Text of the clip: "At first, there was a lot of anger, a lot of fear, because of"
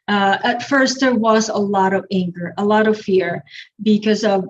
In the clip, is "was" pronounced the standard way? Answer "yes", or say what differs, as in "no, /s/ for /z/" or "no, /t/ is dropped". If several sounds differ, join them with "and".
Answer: yes